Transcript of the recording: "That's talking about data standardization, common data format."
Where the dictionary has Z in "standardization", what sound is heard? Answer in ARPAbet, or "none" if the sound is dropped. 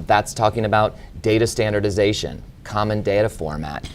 Z